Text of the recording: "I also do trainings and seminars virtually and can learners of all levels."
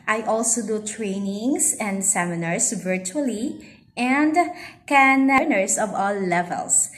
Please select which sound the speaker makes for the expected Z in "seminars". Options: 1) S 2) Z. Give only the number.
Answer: 1